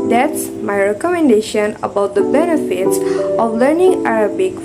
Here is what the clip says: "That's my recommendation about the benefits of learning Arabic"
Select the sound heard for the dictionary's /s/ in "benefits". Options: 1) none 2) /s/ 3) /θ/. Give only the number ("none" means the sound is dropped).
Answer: 2